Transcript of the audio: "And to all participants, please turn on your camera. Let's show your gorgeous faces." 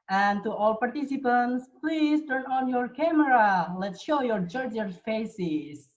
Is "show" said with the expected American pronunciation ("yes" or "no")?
yes